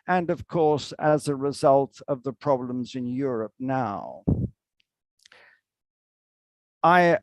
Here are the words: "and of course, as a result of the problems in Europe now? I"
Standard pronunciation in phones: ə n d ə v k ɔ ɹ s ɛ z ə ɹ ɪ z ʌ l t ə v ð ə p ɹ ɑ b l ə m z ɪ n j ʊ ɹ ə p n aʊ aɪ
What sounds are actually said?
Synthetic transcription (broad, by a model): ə n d ə v k ɔ ɹ s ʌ z ə ɹ ɪ z ʌ l t ə v ð ə p ɹ ɑ b l ə m z ɪ n j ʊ ɹ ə p n aʊ aɪ